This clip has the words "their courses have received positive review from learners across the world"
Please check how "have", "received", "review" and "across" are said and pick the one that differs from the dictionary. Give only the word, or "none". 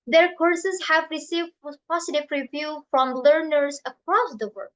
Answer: none